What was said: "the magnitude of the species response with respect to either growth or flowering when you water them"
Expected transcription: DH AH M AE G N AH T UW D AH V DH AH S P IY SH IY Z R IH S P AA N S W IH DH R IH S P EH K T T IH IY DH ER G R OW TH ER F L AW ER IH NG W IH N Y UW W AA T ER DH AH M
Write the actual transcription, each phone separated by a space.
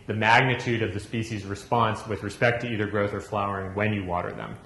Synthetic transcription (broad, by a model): DH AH M AE G N AH T UW D AH V DH AH S P IY SH IY Z R IH S P AA N S W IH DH R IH S P EH K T T IH IY DH ER G R OW TH ER F L AW ER IH NG W IH N Y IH W AA T ER DH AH M